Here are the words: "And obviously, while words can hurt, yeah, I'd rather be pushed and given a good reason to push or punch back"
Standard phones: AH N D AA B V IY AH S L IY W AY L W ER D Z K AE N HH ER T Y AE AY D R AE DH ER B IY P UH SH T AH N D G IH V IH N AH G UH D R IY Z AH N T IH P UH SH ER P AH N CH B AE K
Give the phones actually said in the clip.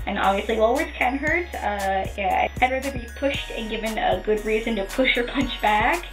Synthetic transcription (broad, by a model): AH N AA B V IY AH S L IY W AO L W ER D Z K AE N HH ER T Y AE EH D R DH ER B IY P UH SH T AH N G IH V IH N AH G UH D R IY Z AH N T IH P UH SH ER P AH N CH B AE K